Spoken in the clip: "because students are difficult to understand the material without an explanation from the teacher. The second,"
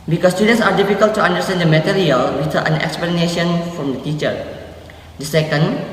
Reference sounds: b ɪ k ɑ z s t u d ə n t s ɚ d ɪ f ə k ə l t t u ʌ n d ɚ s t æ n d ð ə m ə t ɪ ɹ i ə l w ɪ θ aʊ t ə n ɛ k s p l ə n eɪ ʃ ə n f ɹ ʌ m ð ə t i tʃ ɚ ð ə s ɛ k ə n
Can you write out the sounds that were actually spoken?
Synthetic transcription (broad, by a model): b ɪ k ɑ s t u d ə n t s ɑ d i f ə k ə l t t u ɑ n d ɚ s t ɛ n d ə m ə t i ɹ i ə l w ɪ t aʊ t ə n ɛ k s p l ə n eɪ ʃ ə n f ɹ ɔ m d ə t i tʃ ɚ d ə s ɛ k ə n